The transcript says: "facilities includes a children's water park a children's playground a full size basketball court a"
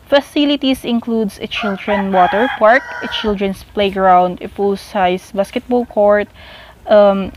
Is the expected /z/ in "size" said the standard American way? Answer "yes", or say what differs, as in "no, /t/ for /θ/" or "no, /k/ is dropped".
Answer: no, /s/ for /z/